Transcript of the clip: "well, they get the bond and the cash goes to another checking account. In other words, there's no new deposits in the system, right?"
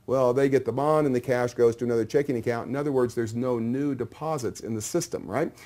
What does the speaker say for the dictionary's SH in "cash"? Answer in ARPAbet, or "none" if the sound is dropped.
SH